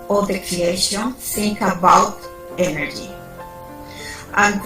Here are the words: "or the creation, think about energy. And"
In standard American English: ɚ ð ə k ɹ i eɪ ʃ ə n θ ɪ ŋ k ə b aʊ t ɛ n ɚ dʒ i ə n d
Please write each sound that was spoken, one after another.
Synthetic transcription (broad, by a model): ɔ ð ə k ɹ i eɪ ʃ ə n s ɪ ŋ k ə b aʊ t ɛ n ɚ dʒ i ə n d